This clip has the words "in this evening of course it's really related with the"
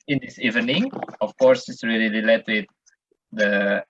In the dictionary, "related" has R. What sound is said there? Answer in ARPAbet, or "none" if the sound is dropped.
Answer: L